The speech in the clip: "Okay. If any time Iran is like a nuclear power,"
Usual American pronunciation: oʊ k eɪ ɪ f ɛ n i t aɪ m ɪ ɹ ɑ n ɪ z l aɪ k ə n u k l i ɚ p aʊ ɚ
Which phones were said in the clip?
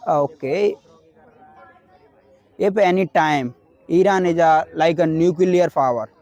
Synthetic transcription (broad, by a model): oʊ k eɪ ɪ p ɛ n i t aɪ m ɪ ɹ ɑ n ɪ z l aɪ k ə n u k l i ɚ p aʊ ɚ